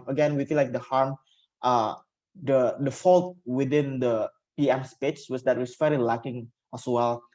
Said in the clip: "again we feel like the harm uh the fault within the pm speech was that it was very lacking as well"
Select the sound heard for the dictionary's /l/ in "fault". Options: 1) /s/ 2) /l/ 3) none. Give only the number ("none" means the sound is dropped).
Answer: 2